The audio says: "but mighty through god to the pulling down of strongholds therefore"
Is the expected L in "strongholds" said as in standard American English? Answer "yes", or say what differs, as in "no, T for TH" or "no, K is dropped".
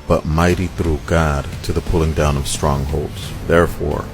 yes